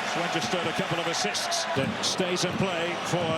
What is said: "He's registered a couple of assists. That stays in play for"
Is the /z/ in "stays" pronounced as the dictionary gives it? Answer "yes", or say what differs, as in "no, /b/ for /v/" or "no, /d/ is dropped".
yes